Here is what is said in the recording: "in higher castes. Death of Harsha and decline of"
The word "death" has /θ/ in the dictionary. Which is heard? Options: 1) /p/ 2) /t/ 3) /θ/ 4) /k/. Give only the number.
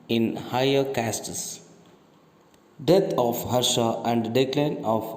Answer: 2